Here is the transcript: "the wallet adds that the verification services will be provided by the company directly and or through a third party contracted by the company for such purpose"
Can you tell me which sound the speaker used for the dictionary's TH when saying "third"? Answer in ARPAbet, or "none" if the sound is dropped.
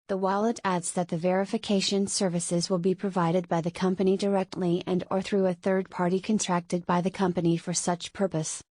TH